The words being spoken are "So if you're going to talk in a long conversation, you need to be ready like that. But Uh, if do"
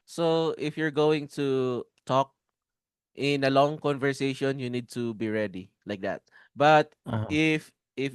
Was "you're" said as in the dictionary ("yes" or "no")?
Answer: yes